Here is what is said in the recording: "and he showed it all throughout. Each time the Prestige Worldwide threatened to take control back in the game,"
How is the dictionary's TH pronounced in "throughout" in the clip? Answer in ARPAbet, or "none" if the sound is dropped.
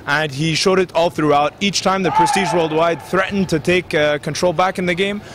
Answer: TH